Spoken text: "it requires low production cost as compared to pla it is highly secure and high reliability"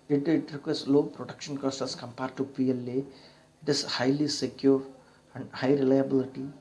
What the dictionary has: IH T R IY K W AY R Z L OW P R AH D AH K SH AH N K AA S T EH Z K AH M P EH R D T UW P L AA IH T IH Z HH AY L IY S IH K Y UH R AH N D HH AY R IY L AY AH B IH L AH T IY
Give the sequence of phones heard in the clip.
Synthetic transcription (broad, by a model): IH T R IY K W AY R S L OW P R AH D AH K SH AH N K AA S T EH S K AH M P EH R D T UW P L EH IH T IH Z HH AY L IY S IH K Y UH R AH N D HH AY R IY L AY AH B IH L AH T IY